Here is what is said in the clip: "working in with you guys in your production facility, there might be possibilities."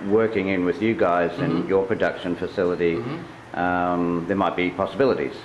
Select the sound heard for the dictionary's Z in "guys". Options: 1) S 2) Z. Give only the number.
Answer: 2